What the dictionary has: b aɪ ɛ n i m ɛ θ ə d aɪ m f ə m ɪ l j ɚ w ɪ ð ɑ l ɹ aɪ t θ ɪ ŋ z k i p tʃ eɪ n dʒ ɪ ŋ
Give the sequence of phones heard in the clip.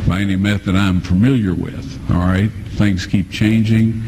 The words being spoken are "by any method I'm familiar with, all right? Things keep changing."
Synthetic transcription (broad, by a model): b aɪ ɛ n i m ɛ θ ə d aɪ m f ə m ɪ l j ɚ w ɪ ð ɑ l ɹ aɪ t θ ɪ ŋ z k i p tʃ eɪ n dʒ ɪ ŋ